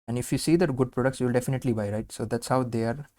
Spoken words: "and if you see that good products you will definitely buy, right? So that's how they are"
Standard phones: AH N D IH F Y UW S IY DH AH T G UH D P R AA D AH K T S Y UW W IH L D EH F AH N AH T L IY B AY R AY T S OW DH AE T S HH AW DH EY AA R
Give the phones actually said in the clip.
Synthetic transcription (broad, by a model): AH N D IH F Y UW S IY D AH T G UH D P R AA D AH K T S Y UW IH L D EH F AH N AH T L IY B AY R AY T S OW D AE T S HH AW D EY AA R